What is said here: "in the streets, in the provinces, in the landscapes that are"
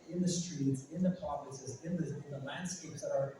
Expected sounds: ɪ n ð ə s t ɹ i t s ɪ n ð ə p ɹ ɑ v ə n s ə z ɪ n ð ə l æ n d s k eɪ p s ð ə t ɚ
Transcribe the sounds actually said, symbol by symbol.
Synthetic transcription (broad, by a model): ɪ n ð ə s t ɹ i t s ɪ n ð ə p ɑ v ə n s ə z ɪ n ð ə l æ n d s k eɪ p s ð ə t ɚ